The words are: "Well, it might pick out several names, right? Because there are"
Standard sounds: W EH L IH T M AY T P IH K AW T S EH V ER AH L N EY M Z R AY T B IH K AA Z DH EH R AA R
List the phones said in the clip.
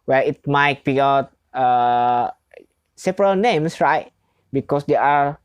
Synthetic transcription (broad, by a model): W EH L IH T M AY T B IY AW T S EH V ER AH L N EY M S R AY T B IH K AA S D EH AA R